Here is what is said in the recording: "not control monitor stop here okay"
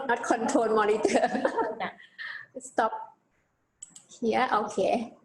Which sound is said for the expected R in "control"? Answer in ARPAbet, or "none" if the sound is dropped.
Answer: none